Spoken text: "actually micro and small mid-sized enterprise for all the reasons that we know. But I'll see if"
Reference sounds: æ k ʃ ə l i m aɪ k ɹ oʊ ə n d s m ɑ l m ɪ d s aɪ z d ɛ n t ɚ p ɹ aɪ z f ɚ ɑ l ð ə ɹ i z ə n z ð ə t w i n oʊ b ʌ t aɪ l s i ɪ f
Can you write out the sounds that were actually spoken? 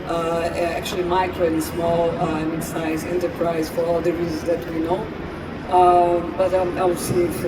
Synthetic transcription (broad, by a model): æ k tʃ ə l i m aɪ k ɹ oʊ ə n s m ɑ l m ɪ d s aɪ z ɛ n t ɚ p ɹ aɪ z f ɚ ɑ l ð ə ɹ i z ə n z ð ə t w i n oʊ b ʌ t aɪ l s i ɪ